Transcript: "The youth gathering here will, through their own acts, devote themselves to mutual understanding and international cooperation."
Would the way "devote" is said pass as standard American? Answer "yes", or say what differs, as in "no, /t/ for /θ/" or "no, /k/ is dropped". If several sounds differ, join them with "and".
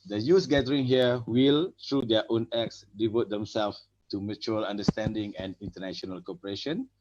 yes